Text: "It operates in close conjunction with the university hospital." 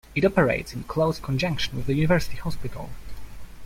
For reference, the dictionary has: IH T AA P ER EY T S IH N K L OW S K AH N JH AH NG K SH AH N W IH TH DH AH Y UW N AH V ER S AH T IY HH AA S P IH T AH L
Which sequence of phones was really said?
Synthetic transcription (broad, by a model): IH T AA P ER EY T S IH N K L OW S K AH N JH AH NG K SH AH N W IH DH AH Y UW N AH V ER S AH T IY HH AA S P IH T AH L